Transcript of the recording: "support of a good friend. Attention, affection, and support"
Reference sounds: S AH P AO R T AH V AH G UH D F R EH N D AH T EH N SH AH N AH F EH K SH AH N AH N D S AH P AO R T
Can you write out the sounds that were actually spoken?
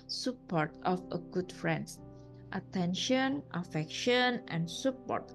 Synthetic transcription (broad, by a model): S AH P AO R T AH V AH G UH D F R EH N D AH T EH N SH AH N AH F EH K SH AH N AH N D S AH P AO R T